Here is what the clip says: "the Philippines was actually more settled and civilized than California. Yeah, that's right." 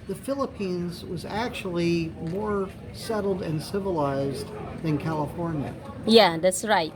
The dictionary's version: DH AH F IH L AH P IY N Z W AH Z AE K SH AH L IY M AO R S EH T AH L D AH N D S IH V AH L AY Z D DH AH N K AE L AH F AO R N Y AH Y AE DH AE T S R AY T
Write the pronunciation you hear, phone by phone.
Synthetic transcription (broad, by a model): DH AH F IH L AH P IY N Z W AH Z AE K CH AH L IY M AO R S EH T L D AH N S IH V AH L AY Z DH AH N K AE L AH F AO R N Y AH Y AE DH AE T S R AY T